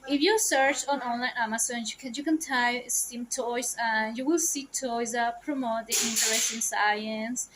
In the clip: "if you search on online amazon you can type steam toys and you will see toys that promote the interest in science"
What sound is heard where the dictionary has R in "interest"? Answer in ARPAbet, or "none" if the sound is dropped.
none